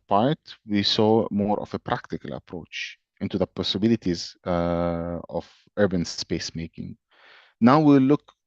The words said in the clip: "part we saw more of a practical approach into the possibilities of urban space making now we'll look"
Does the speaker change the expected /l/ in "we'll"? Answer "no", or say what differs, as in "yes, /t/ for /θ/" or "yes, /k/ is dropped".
yes, /w/ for /l/